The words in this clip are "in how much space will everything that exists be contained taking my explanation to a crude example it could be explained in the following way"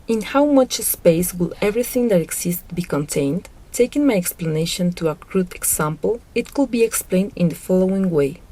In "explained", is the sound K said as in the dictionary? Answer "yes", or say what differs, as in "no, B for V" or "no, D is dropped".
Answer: yes